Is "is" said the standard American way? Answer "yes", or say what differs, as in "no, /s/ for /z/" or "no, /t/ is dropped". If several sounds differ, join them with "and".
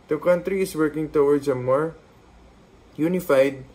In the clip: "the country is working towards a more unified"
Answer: no, /s/ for /z/